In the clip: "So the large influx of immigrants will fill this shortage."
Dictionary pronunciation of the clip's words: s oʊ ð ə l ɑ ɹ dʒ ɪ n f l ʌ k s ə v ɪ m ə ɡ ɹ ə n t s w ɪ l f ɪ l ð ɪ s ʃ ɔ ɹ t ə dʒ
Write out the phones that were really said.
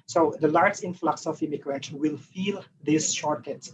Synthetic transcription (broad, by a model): s oʊ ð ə l ɑ ɹ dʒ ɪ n f l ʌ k s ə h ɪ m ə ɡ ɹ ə t w ɪ l f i l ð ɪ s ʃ ɔ ɹ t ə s